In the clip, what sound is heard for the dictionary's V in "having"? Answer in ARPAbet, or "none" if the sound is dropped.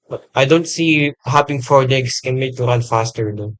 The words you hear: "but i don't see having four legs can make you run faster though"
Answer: P